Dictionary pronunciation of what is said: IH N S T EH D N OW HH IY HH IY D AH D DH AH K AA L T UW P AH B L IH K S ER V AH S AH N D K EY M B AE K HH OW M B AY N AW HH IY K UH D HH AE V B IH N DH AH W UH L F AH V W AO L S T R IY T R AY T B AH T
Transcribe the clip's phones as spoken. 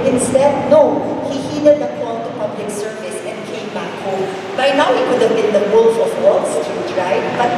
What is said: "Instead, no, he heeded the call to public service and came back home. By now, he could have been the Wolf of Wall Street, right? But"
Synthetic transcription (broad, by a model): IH N S T EH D N OW HH IY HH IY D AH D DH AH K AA N T UW P AH B L IH K S ER V AH S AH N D K EY M B AE K HH OW M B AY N AW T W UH D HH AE V B IH N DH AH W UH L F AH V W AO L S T IY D R AY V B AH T